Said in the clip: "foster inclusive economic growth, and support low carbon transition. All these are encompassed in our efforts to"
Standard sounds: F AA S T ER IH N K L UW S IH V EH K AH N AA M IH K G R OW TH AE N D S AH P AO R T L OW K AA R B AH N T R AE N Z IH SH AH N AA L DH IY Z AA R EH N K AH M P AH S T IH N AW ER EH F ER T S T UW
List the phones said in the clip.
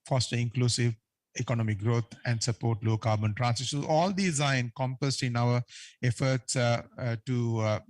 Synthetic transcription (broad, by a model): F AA S T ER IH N K L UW S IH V EH K AH N AA M IH K G R OW T AE N D S AH P AO R T L OW K AA R B AH N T R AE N S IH S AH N AA L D IY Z AA R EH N K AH M P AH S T IH N AW ER EH F ER T S T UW